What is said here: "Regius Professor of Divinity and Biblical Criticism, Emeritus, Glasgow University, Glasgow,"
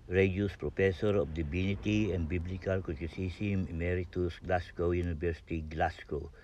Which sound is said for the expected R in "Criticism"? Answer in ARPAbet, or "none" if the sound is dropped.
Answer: none